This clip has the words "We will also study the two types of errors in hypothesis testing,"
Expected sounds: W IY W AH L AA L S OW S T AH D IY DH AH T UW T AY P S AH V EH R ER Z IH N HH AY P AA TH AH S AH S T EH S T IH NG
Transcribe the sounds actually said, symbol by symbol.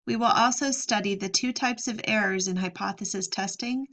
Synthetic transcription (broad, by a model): W IY W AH L AA L S OW S T AH D IY DH AH T UW T AY P S AH V EH R ER Z IH N HH AY P AA TH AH S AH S T EH S T IH NG